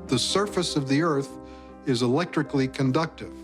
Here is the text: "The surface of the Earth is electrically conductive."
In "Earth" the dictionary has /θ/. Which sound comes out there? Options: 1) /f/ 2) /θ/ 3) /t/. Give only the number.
2